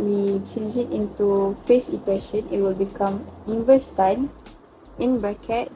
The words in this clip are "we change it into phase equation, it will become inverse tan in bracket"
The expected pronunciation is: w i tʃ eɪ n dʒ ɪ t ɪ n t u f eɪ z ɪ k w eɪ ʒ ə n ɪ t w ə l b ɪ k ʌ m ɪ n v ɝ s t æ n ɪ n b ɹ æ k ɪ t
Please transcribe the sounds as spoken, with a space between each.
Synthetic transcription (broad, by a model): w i tʃ eɪ n dʒ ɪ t ɪ n t u f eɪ s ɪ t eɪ ʃ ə n ɪ t w ə l b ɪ k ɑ m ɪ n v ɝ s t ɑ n ɪ n b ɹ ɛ k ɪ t